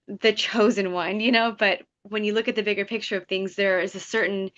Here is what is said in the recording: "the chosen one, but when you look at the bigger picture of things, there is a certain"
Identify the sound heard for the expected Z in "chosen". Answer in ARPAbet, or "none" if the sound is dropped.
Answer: Z